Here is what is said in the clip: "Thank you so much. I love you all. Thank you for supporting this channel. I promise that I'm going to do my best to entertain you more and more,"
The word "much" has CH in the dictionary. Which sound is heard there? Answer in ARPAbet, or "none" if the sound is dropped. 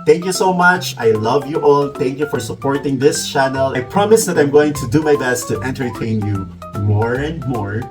CH